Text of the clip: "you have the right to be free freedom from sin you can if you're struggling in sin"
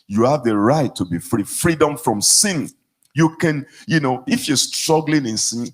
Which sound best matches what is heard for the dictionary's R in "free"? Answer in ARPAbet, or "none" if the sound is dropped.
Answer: R